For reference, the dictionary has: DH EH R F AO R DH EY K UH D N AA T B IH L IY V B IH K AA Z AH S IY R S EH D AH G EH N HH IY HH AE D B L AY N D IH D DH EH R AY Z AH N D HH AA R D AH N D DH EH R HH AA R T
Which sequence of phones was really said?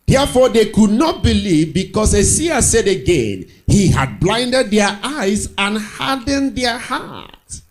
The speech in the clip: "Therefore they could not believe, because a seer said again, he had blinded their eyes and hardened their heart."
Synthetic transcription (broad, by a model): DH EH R F AO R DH EY K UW D N AA T B IH L IY V B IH K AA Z AH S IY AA S EH D AH G EH N HH IY HH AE D B L AY N D IH D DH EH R AY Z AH N HH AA D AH N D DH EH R HH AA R T